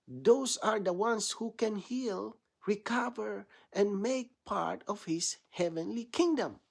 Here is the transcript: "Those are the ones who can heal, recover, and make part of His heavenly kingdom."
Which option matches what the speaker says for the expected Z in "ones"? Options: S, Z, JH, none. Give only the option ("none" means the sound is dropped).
S